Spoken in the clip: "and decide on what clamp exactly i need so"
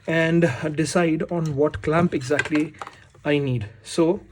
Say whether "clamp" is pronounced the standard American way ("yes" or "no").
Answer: yes